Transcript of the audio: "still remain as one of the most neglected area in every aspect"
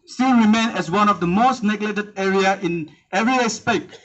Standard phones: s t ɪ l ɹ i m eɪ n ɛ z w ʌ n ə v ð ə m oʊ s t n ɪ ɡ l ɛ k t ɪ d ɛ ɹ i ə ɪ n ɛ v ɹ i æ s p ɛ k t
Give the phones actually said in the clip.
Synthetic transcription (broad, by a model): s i ɹ i m eɪ n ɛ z w ʌ n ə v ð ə m oʊ s t n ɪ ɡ l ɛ t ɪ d ɛ ɹ i ə ɪ n ɛ v ɹ i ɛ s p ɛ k